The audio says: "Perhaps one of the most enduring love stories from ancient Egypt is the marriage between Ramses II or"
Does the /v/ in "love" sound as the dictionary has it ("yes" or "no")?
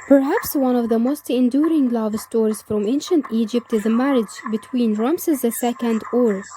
yes